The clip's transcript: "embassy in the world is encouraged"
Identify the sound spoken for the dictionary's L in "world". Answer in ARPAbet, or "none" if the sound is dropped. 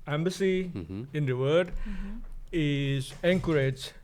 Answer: none